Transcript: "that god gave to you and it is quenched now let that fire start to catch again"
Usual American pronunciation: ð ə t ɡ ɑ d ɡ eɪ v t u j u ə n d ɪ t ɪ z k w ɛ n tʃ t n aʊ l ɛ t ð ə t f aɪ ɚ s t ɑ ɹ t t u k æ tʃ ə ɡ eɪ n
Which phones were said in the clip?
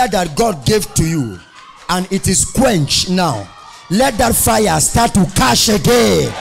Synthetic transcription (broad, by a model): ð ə t ɡ ɑ d ɡ eɪ v t u j u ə n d ɪ t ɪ s k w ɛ n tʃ n aʊ l ɛ t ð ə t f aɪ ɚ s t ɑ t t u k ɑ ʃ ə ɡ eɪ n